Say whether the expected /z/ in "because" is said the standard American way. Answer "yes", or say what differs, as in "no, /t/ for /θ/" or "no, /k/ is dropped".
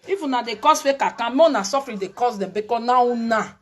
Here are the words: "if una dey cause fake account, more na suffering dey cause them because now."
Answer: no, /z/ is dropped